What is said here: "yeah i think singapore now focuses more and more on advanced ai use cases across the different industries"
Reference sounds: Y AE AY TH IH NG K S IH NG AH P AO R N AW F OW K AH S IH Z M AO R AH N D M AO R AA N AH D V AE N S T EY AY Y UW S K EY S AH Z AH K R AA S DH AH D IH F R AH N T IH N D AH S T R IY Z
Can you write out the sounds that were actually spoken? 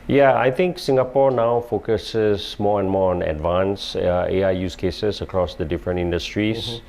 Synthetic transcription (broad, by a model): Y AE AY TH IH NG K S IH NG AH P AO R N AW F OW K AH S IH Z M AO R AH N M AO R AA N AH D V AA N S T EY AY Y UW S K EY S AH S AH K R AA S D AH D IH F R AH N T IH N D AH S T R IY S